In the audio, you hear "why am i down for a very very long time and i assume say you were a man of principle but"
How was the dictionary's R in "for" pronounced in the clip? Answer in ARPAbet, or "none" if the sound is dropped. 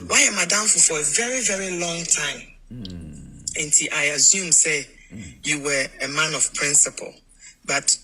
R